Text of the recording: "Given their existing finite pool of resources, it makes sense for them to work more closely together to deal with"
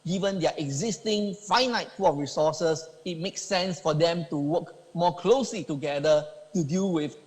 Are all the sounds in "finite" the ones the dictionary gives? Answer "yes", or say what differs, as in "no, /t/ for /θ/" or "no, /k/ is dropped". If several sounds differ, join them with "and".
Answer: yes